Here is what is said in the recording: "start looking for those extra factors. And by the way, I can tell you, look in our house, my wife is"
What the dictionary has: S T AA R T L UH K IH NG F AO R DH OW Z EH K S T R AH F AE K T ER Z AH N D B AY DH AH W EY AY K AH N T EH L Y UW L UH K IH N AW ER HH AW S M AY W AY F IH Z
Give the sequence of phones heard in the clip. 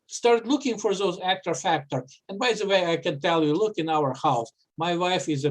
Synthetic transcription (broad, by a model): S T AA R T L UH K IH NG F AO R DH OW Z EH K T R F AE K T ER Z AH N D B AY DH AH W EY AY K AH N T EH L Y UW L UH K IH N AW ER HH AW S M AY W AY F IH Z